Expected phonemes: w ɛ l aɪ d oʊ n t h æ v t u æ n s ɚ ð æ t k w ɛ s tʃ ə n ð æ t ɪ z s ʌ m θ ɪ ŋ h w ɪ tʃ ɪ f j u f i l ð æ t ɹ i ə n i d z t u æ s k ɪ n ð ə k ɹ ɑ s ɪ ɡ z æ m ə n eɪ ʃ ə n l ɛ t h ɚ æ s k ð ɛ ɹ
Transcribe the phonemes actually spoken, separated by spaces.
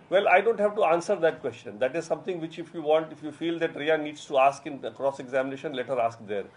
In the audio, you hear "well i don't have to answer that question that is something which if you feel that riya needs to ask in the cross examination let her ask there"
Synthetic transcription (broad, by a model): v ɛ l aɪ d oʊ n t h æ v t u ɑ n s ɚ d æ t k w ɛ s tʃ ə n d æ t ɪ z s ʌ m t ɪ ŋ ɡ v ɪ tʃ ɪ f j u f i l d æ t ɹ i ə n i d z t u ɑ s k ɪ n k ɹ ɑ s ɪ ɡ z æ m ə n eɪ ʃ ə n l ɛ t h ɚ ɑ s k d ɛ ɹ